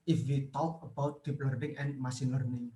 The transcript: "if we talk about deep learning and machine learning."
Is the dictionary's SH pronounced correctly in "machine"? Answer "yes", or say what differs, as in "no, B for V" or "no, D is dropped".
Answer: no, S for SH